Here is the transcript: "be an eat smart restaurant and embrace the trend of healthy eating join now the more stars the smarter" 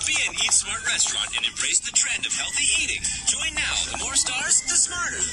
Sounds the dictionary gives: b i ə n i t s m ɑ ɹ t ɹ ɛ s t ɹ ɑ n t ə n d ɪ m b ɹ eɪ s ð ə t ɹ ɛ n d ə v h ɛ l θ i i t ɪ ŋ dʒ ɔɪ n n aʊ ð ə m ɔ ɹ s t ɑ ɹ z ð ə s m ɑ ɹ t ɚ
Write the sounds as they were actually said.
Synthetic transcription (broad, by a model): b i ə n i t s m ɑ ɹ t ɹ ɛ s t ɹ ɑ n t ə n ɪ m b ɹ eɪ s ð ə t ɹ ɛ n d ə v h ɛ l θ i i t ɪ ŋ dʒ ɔɪ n n aʊ ð ə m ɔ ɹ s t ɑ ɹ z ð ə s m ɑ ɹ t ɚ